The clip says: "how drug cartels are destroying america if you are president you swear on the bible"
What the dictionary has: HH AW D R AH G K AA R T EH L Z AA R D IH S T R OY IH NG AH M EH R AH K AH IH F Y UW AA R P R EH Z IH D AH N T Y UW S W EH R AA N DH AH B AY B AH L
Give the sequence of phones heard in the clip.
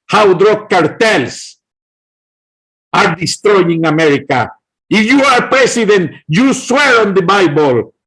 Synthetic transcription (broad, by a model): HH AW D R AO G K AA R T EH L S AA R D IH S T R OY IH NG AH M EH R AH K AH IH F Y UW AA R P R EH S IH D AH N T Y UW S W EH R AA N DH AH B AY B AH L